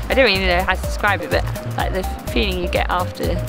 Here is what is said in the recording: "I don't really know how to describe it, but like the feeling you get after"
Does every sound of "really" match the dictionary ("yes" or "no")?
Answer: no